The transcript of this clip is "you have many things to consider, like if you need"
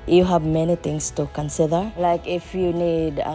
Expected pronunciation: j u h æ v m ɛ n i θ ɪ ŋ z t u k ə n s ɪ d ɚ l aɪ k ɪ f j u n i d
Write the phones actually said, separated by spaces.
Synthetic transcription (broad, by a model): j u h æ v m ɛ n i t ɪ ŋ s t u k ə n s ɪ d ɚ l aɪ k ɪ f j u n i d